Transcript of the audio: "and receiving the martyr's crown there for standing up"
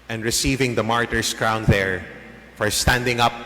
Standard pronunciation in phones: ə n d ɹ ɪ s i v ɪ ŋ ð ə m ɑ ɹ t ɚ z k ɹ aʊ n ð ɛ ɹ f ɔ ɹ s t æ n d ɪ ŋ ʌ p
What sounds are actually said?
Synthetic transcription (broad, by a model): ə n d ɹ ɪ s i v ɪ ŋ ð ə m ɑ ɹ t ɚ s k ɹ aʊ n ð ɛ ɹ f ɔ ɹ s t æ n d ɪ ŋ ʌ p